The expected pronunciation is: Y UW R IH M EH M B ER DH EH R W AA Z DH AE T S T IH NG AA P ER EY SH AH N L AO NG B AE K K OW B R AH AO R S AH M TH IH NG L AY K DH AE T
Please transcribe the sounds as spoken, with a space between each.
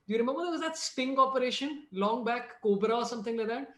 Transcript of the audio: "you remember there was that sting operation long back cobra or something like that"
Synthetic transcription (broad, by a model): Y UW R IH M EH M B ER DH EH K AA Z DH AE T S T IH NG AA P ER EY SH AH N L AO NG B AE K K OW B R AH AO R S AH M T IH NG L AY K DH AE T